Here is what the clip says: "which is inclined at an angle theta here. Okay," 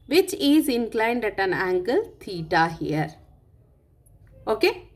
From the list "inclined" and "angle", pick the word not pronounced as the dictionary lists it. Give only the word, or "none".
none